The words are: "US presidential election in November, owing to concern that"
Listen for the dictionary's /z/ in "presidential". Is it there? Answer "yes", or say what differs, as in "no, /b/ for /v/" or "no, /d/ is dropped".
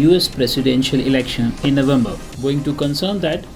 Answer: no, /s/ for /z/